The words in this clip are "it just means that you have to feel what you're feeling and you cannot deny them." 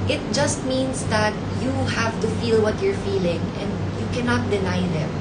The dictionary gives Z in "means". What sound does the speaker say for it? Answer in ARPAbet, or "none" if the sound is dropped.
S